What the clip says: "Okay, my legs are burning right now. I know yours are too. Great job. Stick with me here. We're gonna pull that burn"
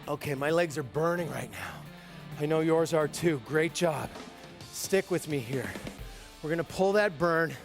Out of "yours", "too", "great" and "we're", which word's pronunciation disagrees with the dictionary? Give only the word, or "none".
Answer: none